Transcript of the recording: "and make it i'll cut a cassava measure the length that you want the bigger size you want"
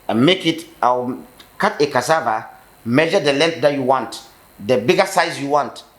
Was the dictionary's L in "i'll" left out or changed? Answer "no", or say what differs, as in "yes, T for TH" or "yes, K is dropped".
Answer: yes, W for L